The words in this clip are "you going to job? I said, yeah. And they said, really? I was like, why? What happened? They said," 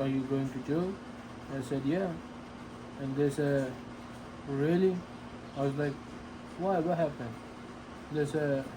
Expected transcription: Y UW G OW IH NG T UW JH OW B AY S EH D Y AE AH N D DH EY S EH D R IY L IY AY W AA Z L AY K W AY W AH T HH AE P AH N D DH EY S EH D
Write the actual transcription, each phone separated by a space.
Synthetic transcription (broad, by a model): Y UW G OW IH NG T UW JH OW AY S EH D Y AE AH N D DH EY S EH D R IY L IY AY W AA Z L AY K W AY W AH T HH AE P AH N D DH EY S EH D